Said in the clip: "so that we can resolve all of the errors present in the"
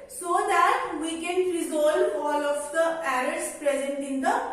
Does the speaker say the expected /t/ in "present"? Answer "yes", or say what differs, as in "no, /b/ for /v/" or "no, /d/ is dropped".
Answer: yes